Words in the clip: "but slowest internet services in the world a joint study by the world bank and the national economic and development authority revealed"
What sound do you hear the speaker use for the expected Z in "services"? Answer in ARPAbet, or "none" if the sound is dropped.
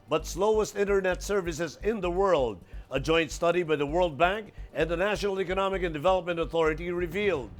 Z